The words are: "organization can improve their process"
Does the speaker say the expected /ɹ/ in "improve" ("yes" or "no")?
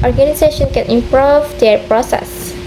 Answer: yes